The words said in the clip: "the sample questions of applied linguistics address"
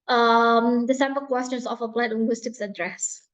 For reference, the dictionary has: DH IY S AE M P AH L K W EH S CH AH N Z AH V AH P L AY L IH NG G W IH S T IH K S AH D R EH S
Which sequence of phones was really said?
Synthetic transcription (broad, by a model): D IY S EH M B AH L K W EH S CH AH N S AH F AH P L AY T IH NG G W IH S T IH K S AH D R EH S